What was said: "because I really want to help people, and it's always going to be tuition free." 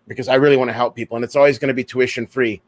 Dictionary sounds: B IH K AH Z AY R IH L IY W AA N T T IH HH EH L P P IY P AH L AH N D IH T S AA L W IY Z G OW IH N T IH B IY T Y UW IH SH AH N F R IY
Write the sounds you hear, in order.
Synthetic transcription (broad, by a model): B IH K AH Z AY R IH L IY W AA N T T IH HH EH L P P IY P L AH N IH T S AA L W IY Z G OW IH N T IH B IY T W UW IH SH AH N F R IY